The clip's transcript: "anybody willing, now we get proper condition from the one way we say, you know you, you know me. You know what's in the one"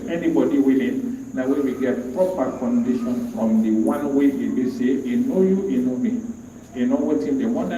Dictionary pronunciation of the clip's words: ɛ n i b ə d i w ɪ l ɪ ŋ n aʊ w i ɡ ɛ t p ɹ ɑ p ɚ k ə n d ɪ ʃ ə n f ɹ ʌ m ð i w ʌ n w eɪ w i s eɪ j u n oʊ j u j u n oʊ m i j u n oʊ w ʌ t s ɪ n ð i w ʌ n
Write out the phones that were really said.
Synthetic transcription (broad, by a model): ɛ n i b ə d i w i l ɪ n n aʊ w i ɡ ɛ t p ɹ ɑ p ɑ k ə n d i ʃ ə n f ɹ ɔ m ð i w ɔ n w eɪ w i s eɪ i n oʊ j u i n oʊ m i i n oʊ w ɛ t ɪ n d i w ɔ n